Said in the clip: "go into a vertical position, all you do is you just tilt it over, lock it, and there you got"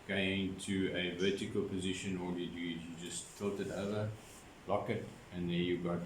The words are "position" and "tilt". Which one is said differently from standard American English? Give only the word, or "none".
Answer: none